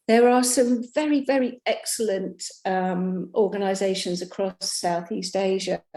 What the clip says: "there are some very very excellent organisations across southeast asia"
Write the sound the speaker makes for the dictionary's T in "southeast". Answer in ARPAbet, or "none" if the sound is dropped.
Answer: T